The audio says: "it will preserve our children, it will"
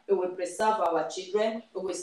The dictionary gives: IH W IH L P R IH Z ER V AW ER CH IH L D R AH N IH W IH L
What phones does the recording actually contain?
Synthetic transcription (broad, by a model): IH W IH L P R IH S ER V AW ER CH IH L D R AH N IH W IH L